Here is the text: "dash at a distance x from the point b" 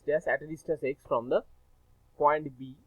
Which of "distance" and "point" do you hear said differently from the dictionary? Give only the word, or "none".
distance